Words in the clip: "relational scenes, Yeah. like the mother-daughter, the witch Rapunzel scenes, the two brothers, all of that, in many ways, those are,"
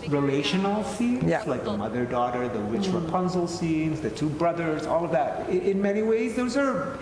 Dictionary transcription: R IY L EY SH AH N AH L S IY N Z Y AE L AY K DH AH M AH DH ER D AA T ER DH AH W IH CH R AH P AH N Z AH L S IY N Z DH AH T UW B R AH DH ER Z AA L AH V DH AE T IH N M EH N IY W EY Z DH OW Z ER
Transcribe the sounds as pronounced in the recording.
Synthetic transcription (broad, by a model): R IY L EY SH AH N L S IY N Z L AY K DH AH M AH DH ER D AA T ER DH AH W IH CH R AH P AH N Z L S IY N Z DH AH T UW B R AH DH ER Z AA L AH V DH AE T IH N M EH N IY W EY Z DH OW Z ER